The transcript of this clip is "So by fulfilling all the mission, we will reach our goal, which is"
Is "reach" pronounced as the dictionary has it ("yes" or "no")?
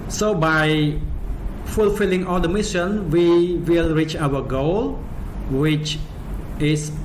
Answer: yes